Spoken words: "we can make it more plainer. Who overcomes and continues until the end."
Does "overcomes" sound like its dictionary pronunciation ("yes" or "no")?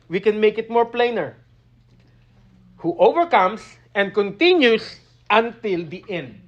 no